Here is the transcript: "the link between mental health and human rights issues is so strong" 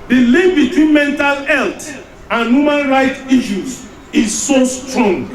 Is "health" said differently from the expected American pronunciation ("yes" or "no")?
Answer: yes